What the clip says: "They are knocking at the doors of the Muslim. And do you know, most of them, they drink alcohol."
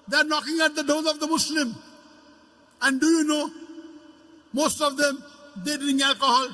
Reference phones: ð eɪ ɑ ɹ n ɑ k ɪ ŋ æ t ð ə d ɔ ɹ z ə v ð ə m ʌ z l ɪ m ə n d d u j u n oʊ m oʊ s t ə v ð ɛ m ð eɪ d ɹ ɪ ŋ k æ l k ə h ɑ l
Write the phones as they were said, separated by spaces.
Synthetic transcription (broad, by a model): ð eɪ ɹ n ɑ k ɪ ŋ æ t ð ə d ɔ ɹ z ə v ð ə m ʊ s l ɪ m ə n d d u j u n oʊ m oʊ s t ə v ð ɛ m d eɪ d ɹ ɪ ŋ æ l k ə h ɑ l